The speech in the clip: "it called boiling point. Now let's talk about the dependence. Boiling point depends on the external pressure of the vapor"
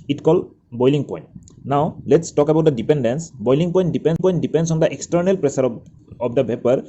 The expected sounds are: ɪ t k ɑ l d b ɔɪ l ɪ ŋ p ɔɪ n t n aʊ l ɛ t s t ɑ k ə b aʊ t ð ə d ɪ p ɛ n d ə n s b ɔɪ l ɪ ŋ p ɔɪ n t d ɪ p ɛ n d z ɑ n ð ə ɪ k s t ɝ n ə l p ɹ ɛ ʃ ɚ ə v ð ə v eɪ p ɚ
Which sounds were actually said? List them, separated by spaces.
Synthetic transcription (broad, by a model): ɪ t k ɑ l b ɔɪ l ɪ ŋ p ɔɪ n t n aʊ l ɛ t s t ɑ k ə b aʊ t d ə d ɪ p ɛ n d ə n s b ɔɪ l ɪ ŋ p ɔɪ n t d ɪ p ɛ n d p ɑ n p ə ɪ k s t ɝ n ə l p ɹ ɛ s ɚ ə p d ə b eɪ p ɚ